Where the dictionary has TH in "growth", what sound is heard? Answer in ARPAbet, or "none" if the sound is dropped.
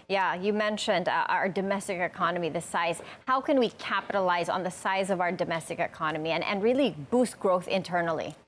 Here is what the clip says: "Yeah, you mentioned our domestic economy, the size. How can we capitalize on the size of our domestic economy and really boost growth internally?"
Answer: TH